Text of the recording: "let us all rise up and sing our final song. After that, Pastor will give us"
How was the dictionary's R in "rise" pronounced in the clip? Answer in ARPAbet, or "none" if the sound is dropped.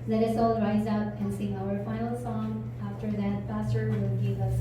R